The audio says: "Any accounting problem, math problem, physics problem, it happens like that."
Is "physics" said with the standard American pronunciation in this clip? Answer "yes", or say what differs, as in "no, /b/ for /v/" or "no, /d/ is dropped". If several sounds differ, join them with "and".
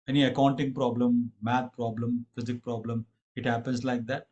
no, /s/ is dropped